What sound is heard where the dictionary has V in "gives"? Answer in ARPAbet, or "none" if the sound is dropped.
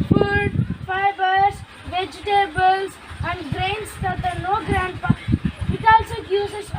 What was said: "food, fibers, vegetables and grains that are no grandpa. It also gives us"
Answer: none